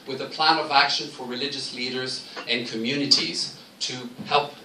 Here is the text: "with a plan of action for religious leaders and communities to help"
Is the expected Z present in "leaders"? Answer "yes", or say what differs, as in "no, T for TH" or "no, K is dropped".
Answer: yes